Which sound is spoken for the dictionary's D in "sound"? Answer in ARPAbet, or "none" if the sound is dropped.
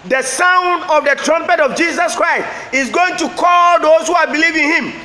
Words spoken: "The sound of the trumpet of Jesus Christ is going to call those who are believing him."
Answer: D